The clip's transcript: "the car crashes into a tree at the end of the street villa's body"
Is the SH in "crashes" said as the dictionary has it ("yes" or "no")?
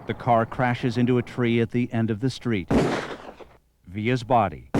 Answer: yes